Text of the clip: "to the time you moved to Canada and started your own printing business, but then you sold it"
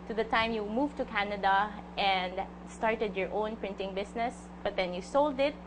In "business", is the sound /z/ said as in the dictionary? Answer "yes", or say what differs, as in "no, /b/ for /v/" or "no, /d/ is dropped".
no, /s/ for /z/